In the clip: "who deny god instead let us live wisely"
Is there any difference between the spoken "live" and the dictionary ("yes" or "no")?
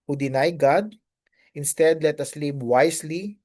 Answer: yes